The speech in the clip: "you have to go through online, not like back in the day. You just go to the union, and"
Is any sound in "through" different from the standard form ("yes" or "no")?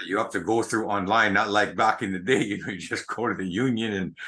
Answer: no